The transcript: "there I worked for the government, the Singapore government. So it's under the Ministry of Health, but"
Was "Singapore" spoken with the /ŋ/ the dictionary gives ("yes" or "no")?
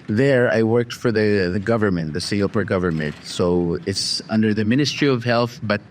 no